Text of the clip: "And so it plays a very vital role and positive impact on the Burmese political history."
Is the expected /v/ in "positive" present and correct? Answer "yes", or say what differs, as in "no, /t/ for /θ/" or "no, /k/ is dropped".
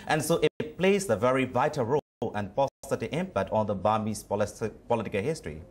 no, /v/ is dropped